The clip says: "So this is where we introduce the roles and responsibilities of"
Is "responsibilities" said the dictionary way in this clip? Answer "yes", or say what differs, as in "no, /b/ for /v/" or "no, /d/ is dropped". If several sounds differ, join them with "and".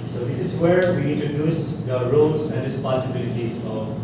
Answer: no, /n/ is dropped